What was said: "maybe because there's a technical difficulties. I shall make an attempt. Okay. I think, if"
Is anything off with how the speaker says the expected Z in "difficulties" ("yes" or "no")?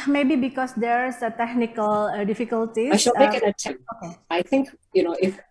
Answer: yes